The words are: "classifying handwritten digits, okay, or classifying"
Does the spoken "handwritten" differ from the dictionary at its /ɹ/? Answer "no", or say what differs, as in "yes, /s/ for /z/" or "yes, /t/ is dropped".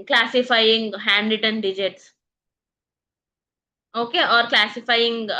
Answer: yes, /ɹ/ is dropped